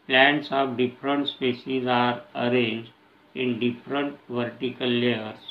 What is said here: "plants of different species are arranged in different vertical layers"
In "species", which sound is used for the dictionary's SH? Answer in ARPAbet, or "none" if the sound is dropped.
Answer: S